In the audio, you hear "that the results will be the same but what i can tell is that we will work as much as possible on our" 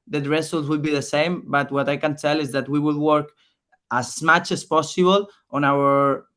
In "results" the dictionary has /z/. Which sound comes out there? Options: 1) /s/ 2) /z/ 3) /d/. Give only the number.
1